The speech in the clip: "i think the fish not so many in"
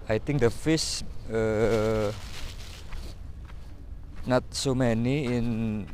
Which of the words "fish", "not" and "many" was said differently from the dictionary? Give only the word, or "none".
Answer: fish